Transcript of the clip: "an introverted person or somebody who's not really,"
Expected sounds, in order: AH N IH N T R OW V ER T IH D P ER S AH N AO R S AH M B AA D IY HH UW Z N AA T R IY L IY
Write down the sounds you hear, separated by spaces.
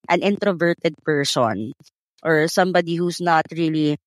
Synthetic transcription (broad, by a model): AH N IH N T R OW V ER T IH D P ER S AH N AO R S AH M B AA D IY HH UW S N AA T R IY L IY